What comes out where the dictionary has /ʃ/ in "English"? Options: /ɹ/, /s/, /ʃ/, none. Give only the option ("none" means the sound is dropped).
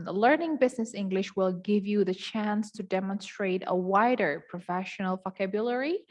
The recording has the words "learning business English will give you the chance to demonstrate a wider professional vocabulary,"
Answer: /ʃ/